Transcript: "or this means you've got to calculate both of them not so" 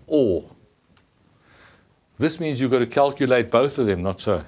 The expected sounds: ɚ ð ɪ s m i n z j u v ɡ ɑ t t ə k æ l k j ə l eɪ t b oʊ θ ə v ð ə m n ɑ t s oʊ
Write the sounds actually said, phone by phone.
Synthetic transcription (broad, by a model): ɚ ð ɪ s m i n z j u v ɡ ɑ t t ə k æ l k j ə l eɪ t b oʊ θ ə v ð ə m n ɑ t s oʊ